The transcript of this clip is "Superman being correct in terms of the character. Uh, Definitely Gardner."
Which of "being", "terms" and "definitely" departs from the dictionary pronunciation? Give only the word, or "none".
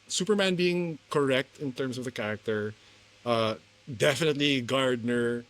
terms